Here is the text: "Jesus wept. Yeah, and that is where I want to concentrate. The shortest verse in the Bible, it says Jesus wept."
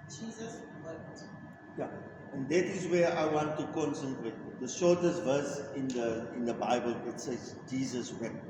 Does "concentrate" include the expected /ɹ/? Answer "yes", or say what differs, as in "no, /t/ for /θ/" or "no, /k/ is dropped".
no, /w/ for /ɹ/